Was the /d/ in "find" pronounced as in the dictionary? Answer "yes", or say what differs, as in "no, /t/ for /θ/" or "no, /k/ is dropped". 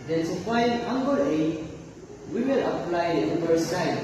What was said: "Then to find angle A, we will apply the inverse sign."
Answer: no, /d/ is dropped